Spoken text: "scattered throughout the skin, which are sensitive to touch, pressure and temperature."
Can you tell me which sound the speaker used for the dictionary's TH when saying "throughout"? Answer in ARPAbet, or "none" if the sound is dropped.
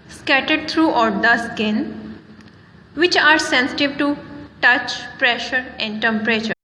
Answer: T